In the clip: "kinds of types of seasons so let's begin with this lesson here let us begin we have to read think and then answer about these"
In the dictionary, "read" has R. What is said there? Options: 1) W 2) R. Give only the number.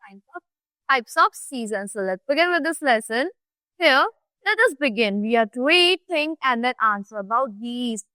1